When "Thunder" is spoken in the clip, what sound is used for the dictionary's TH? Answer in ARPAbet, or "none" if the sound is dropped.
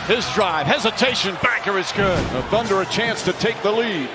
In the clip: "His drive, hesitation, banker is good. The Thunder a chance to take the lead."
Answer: TH